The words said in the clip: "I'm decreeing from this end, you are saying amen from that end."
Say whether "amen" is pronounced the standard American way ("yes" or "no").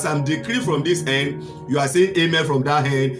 no